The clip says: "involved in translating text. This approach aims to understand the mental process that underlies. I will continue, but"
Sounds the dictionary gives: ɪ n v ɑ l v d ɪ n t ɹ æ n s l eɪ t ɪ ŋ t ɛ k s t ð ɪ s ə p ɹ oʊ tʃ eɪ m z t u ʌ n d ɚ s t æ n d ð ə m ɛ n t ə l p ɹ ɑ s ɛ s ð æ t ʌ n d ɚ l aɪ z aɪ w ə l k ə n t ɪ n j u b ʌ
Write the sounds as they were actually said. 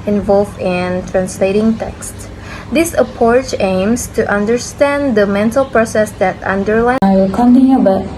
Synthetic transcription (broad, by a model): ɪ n v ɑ l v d ɪ n t ɹ æ n s l eɪ t ɪ ŋ t ɛ k s t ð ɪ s ə p ɹ oʊ tʃ eɪ m s t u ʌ n d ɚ s t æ n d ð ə m ɛ n t ə l p ɹ ɑ s ɛ s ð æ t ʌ n d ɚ l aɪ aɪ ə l k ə n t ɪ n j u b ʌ